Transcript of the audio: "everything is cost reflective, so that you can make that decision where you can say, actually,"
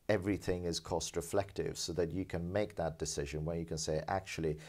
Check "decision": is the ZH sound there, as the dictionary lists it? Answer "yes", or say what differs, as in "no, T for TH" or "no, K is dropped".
yes